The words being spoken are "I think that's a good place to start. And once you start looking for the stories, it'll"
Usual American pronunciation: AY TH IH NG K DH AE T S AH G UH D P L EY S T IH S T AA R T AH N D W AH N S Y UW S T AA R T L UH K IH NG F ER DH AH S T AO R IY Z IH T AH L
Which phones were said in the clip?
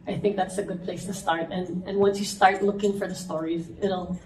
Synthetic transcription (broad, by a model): AY TH IH NG K DH AE T S AH G UH D P L EY S T IH S T AA R T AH N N W AH N S Y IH S T AA R T L UH K IH NG F ER DH AH S T AO R IY Z IH T L